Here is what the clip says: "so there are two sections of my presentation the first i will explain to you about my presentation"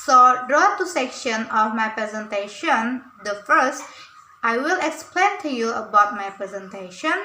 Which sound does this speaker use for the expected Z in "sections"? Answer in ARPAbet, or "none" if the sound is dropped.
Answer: none